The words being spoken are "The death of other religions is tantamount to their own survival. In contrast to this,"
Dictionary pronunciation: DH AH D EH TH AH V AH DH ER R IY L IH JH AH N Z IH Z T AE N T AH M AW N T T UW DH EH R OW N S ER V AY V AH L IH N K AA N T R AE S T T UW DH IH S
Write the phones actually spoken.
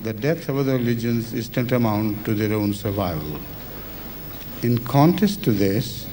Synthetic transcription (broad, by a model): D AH D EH T AH V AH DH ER R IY L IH JH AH N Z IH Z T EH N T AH M AW N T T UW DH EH R OW N S ER V AY V AH L IH N K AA N T AE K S T UW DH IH S